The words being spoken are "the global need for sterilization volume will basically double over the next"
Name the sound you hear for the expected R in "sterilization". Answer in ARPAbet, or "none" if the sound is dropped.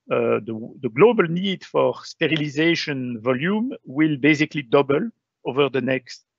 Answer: R